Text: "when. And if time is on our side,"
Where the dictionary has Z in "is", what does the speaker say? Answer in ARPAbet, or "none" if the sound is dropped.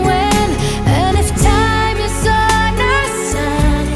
S